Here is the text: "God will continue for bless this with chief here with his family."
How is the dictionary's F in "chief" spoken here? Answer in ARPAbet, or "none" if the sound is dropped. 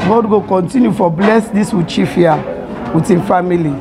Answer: F